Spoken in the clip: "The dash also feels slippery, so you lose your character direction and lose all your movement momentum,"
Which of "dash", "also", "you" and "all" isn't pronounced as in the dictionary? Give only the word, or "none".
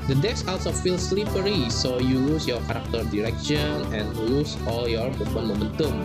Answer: dash